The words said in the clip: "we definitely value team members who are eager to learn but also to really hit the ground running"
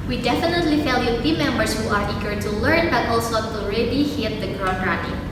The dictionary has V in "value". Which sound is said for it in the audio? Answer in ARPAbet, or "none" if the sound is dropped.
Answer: F